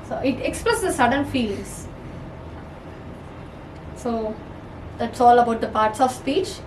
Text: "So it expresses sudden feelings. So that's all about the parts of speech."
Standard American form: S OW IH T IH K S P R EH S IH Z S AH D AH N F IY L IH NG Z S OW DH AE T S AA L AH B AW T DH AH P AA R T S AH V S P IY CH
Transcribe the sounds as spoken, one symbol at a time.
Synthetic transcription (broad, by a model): S OW IH T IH K S P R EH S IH S AH D AH N F IY L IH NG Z S OW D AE T S AA L AH B AW T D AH P AA R T S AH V S P IY CH